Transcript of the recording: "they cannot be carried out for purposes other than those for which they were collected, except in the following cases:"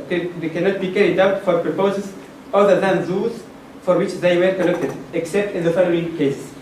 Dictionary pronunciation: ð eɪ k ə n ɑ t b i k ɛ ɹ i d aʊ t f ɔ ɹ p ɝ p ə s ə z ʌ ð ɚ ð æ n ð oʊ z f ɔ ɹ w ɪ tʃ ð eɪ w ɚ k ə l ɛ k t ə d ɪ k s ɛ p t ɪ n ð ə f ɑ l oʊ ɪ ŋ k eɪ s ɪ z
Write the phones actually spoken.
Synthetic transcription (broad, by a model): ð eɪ k ə n ɑ t b i k ɛ ɹ i d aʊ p f ɔ ɹ p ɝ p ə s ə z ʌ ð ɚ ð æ n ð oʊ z f ɔ ɹ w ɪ tʃ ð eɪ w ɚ k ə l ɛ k t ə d ɪ k s ɛ p t ɪ n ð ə f ɑ l oʊ ɪ ŋ k eɪ s